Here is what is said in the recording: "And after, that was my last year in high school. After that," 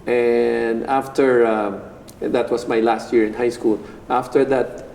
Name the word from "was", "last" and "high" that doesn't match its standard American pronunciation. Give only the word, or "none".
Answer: was